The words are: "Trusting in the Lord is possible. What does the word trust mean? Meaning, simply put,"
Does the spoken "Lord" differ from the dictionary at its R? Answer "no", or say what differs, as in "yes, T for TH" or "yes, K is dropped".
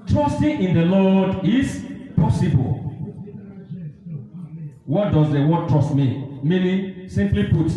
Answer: yes, L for R